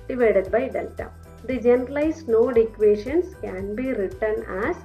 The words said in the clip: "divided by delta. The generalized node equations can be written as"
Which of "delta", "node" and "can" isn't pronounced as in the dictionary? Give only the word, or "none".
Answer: delta